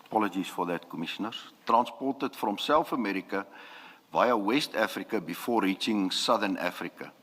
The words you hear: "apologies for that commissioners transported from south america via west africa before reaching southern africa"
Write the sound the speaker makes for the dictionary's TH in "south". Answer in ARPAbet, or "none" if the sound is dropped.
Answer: F